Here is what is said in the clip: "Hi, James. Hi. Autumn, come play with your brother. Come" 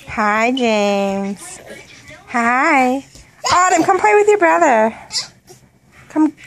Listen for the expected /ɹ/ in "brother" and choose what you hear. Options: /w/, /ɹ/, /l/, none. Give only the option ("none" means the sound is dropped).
/ɹ/